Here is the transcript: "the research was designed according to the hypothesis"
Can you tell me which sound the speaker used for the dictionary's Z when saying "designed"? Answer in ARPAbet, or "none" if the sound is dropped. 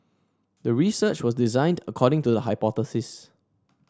Z